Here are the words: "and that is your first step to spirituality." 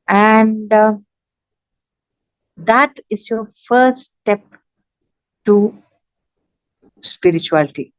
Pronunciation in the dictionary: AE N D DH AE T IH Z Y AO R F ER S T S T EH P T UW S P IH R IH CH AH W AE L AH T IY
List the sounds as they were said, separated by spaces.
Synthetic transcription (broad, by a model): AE N D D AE T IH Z Y AO R F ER T S T EH P T UW S P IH R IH CH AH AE L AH T IY